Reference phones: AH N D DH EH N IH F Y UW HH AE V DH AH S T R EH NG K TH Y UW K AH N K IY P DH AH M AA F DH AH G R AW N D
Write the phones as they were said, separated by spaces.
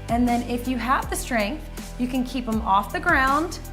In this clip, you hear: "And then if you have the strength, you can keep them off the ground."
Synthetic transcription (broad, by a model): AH N DH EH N IH F Y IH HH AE V DH AH S T R EH NG K TH Y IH K AH N K IY P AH M AA F DH AH G R AW N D